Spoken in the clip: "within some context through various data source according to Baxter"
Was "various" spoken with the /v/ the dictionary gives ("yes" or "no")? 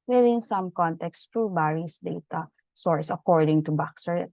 no